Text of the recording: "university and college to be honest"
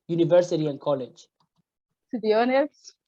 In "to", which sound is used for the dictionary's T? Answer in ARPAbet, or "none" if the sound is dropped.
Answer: S